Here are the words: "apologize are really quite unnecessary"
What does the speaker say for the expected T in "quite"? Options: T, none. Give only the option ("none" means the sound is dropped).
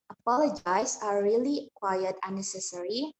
none